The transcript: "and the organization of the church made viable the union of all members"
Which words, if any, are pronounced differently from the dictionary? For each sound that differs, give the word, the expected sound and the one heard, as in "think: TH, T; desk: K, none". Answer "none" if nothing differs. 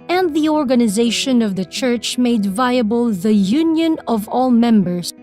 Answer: none